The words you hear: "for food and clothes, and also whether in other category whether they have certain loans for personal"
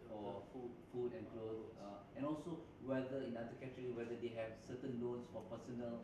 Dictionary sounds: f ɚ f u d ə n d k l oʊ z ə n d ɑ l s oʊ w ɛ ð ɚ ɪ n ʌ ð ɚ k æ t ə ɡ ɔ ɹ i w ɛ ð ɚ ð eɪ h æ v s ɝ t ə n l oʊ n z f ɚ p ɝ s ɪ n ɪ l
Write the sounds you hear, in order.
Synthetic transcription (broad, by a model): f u f u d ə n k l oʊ ə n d ɑ l s oʊ w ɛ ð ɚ ɪ n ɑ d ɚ k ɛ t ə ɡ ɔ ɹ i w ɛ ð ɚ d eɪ h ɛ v s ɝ t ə n l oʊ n s f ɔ p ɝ s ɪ n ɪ l